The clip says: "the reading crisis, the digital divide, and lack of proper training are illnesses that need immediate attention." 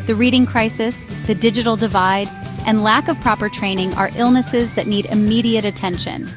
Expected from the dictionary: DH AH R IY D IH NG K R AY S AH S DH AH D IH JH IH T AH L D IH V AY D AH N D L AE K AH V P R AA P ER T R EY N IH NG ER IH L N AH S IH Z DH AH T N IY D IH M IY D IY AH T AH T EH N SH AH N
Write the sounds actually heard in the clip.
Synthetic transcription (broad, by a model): DH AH R IY D IH NG K R AY S AH S DH AH D IH JH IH T L D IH V AY D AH N L AE K AH V P R AA P ER T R EY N IH NG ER IH L N AH S IH Z DH AH T N IY D IH M IY D IY AH T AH T EH N SH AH N